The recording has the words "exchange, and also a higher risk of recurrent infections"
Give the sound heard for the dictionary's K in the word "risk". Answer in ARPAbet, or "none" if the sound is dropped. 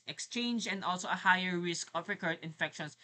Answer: K